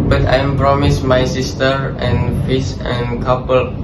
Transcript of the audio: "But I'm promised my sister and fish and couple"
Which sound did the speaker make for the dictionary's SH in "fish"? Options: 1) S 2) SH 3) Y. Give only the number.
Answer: 1